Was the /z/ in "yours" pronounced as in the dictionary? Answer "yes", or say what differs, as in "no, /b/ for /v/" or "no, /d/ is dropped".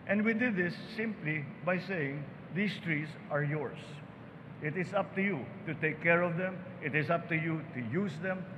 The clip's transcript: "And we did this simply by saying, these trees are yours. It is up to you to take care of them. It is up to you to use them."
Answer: no, /s/ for /z/